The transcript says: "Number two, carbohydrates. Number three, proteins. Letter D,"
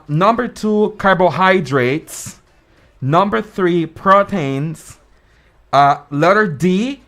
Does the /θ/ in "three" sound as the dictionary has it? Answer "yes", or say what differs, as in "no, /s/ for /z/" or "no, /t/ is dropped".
yes